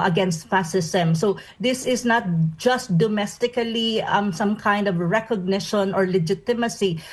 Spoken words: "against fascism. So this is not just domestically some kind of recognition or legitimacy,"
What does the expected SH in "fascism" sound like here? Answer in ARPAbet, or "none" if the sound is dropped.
S